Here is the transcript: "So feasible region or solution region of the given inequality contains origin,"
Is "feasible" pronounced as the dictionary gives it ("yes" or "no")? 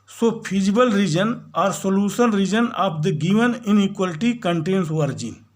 no